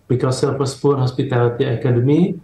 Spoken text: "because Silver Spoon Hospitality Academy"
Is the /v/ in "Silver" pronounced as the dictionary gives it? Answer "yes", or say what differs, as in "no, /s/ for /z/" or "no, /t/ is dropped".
no, /p/ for /v/